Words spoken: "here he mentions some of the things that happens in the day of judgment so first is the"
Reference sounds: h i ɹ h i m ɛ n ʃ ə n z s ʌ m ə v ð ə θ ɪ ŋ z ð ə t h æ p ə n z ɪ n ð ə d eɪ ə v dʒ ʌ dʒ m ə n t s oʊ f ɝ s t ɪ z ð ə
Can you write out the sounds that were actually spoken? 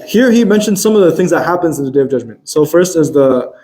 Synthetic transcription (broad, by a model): h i ɹ h i m ɛ n ʃ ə n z s ʌ m ə v ð ə θ ɪ ŋ z ð ə t h æ p ə n z ɪ n ð ə d eɪ ə v dʒ ʌ dʒ m ə n t s oʊ f ɝ s t ɪ z ð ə